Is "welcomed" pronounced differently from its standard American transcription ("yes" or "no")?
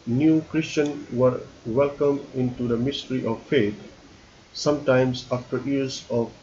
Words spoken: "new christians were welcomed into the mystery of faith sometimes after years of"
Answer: yes